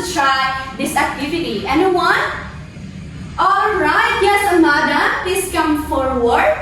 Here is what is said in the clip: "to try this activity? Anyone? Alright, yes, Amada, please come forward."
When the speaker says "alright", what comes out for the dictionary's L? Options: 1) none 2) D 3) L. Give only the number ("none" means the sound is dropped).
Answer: 3